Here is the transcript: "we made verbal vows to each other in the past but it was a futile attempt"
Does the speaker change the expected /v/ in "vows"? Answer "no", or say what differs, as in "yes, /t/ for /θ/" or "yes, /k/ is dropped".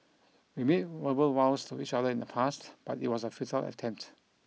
yes, /w/ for /v/